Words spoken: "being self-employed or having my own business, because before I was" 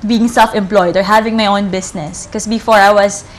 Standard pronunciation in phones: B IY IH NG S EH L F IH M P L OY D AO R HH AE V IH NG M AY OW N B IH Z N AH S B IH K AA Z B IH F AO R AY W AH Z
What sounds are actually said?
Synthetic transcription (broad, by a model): B IY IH NG S EH L F IH M P L OY D AO R HH AE V IH NG M AY OW N B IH S N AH S K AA S B IH F AO R AY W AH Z